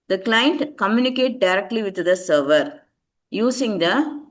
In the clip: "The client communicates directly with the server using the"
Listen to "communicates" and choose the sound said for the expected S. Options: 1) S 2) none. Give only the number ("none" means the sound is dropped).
2